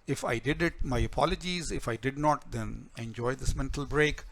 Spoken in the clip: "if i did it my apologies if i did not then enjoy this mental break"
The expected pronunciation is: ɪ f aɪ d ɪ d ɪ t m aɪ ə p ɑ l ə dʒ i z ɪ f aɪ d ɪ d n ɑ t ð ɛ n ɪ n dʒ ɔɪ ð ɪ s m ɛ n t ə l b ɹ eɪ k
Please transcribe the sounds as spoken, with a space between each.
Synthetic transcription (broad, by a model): ɪ f aɪ d ɪ d ɪ t m aɪ ə p ɑ l ə dʒ i z ɪ f aɪ d ɪ d n ɑ t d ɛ n ɪ n dʒ ɔɪ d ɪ s m ɛ n t ə l b ɹ eɪ k